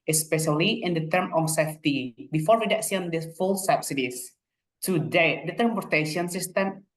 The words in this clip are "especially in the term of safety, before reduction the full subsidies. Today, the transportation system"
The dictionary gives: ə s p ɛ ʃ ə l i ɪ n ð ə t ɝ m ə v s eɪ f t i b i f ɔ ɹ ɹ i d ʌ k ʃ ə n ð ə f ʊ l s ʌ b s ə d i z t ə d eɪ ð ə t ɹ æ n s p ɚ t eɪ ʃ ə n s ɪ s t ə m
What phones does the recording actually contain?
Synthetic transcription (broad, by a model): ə s p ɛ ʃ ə l i ɪ n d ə t ɝ m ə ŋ s eɪ f t i b i f ɔ ɹ w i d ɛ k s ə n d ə f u l s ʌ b s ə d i s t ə d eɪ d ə t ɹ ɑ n p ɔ t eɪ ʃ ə n s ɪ s t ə m